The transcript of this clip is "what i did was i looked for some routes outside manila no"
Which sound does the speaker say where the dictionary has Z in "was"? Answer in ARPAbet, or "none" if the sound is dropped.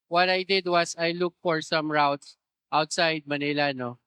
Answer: S